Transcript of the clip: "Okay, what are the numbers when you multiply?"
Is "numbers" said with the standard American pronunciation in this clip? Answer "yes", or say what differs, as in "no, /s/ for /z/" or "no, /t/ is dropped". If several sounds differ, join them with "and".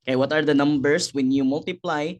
no, /s/ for /z/